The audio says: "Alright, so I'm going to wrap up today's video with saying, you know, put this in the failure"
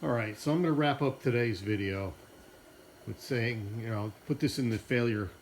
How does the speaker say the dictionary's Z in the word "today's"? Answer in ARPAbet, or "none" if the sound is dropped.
Z